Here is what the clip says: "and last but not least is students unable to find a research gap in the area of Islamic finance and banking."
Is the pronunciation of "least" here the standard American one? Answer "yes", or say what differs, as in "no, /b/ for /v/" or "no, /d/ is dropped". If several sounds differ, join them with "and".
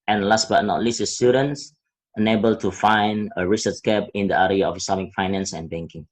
no, /t/ is dropped